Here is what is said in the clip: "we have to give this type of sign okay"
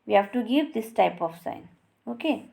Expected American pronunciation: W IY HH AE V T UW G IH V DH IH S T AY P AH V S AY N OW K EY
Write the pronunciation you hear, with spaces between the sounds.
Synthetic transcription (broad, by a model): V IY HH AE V T UW G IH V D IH S T AY P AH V S AY N OW K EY